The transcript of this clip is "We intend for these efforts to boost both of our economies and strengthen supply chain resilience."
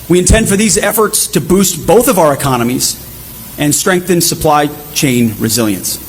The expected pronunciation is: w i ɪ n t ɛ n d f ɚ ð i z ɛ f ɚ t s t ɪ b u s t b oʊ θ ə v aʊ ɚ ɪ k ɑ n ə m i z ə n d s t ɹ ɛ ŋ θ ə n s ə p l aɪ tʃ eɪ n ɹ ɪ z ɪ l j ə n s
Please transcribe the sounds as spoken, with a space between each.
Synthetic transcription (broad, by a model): w i ɪ n t ɛ n d f ɚ ð i z ɛ f ɚ t s t ɪ b u s t b oʊ θ ə v aʊ ɚ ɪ k ɑ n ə m i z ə n s t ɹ ɛ ŋ θ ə n s ə p l aɪ tʃ eɪ n ɹ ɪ z ɪ l j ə n s